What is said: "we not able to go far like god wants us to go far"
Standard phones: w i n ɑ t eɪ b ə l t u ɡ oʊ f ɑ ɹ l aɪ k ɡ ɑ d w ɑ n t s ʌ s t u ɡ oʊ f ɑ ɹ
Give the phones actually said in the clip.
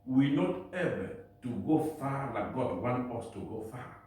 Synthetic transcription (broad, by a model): w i n ɑ t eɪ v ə t u ɡ oʊ f ɑ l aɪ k ɡ ɑ d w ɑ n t ɔ s t u ɡ oʊ f ɑ